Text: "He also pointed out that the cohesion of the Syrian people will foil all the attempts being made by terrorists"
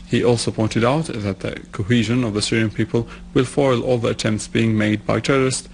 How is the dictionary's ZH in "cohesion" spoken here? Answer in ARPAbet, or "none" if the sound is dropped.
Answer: ZH